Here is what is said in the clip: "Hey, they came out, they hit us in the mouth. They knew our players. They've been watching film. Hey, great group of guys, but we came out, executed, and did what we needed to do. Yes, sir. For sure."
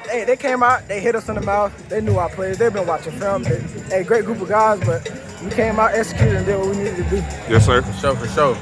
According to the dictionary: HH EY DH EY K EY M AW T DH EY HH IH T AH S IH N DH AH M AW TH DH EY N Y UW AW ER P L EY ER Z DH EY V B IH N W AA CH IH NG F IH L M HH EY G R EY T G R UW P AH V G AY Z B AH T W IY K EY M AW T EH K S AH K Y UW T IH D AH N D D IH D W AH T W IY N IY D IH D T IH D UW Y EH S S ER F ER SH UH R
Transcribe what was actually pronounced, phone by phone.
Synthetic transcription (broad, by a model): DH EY DH EY K EY M AW T DH EY HH IH T AH S IH N DH AH M AW TH DH EY N Y UW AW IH P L EY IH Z DH EY V B IH N W AA CH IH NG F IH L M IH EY G R EY T G R UW P AH V G AY Z B AH T W IY K EY M AW T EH K S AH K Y UW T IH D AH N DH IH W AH W IY N IY D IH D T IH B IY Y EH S SH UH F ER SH UH